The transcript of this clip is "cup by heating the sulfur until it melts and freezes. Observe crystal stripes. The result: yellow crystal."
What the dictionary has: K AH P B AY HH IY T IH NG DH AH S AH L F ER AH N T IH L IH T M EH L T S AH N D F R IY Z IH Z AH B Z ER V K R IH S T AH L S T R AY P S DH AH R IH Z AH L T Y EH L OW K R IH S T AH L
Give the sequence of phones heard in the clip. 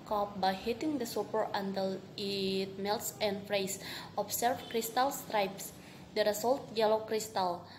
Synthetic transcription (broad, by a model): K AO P B AY HH IY T IH NG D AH S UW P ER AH N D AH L IH T M EH L T S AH N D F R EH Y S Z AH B S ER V K R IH S T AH L S T R AY P S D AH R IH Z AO L T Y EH L OW K R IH S T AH L